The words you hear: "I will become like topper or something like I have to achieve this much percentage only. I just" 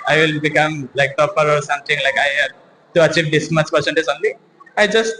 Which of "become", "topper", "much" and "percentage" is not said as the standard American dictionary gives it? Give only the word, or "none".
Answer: percentage